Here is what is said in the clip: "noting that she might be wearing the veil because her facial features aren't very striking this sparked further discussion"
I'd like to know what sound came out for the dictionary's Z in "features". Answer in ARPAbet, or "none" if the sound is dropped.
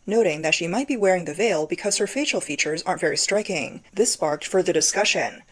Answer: Z